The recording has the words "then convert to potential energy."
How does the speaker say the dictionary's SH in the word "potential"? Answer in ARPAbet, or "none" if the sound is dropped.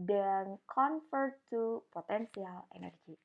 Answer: S